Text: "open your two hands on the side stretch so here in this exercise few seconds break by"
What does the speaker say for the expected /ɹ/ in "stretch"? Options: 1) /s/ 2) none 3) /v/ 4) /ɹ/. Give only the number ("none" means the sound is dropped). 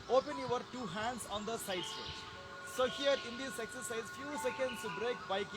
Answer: 2